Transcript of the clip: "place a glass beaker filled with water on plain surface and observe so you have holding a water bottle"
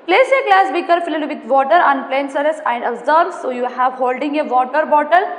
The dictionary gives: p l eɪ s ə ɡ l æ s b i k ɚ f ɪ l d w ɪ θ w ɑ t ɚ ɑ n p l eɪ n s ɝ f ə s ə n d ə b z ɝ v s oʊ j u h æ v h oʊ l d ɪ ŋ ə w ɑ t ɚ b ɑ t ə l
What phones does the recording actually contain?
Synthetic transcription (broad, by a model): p l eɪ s ə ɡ l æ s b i k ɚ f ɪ l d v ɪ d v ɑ t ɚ ɑ n p l eɪ n s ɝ ə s ə n d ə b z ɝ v s oʊ j u h æ v h oʊ l d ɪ ŋ ə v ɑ t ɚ b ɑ t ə l